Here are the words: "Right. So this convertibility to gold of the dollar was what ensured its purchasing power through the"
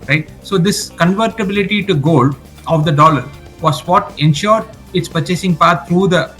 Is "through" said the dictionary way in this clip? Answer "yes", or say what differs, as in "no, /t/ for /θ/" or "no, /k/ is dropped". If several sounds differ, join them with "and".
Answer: no, /t/ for /θ/